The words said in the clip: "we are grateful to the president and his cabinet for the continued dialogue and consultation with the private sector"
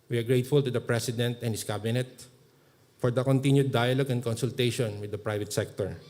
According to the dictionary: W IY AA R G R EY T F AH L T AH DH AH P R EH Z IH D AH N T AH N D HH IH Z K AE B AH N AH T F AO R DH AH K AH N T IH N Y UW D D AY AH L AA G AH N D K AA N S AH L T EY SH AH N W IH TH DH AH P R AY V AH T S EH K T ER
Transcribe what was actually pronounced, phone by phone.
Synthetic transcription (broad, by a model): W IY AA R G R EY T F AH L T AH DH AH P R EH S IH D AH N T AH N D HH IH S K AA B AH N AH T F AO R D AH K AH N T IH N Y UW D D AY AH L AA G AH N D K AA N S AH L T EY SH AH N W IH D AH P R AY V AH T S EH K T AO